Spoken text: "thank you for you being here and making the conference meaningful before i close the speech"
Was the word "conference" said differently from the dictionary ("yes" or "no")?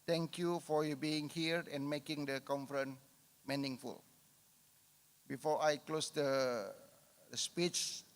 yes